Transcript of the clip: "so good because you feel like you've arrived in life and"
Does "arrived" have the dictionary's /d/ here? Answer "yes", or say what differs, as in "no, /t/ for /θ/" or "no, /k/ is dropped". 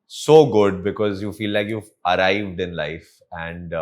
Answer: yes